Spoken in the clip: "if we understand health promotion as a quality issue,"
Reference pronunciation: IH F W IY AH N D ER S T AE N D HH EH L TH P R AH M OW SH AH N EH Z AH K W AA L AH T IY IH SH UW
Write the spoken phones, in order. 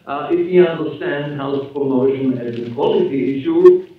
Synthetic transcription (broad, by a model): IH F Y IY AH N D ER S T AE N D HH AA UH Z P R AH M OW SH AH N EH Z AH K W AA L AH T IY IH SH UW